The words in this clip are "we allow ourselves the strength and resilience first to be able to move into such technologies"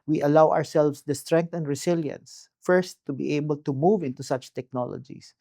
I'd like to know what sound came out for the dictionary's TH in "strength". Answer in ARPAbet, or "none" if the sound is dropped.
T